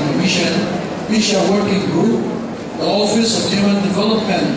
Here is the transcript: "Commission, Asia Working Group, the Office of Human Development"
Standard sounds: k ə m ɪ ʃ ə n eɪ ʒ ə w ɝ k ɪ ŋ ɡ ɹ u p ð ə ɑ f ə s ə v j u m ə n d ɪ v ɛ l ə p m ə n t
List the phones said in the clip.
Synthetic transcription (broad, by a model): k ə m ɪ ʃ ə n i ʃ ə w ɝ k ɪ ŋ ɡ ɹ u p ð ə ɑ f ə s ə v j u m ə n d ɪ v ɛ l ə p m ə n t